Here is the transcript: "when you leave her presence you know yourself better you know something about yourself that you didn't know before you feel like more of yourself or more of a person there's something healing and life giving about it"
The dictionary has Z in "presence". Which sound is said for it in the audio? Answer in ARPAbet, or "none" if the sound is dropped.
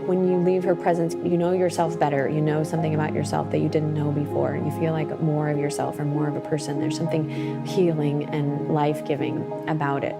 Z